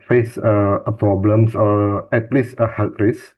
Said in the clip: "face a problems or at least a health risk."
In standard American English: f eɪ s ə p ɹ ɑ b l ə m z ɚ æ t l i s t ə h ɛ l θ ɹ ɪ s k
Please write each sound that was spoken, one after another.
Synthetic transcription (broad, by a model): f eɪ s ə p ɹ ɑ b l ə m s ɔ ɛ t l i s ə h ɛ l t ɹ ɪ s